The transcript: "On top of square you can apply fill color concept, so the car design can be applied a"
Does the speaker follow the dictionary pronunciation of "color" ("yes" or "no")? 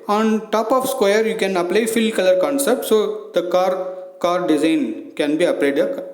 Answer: yes